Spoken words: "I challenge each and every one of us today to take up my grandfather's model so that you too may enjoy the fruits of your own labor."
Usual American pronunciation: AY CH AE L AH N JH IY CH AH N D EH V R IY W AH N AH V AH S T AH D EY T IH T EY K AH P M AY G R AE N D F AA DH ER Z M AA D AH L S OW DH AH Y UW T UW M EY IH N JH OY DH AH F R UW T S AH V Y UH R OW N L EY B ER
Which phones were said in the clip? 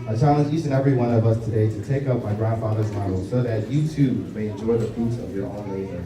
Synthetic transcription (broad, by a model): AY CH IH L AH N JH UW S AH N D EH V R IY W AH N AH V AH S T AH D EY T IH T EY K AH P M AY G R AE N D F AA DH ER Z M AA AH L S OW DH AH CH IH T UW M EY IH N JH OY DH AH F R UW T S AH V Y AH R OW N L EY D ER